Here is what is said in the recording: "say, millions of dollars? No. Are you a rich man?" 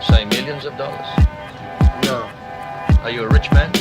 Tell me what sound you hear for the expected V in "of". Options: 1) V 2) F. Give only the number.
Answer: 1